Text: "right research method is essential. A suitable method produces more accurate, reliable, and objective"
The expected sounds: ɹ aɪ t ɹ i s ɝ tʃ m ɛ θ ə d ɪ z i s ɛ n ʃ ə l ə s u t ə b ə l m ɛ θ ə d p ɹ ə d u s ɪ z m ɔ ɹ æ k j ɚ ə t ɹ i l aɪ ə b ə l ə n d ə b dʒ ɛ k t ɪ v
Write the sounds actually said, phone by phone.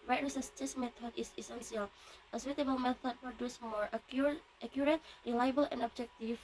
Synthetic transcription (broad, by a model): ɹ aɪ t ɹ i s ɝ s m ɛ t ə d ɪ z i s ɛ n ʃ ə l ə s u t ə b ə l m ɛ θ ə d p ɹ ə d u s m ɔ ɹ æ k j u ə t ɹ i l aɪ ə b ə l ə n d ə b dʒ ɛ k t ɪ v